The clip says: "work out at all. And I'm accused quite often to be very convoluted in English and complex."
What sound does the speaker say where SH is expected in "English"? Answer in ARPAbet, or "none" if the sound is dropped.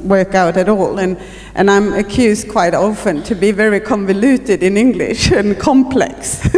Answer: SH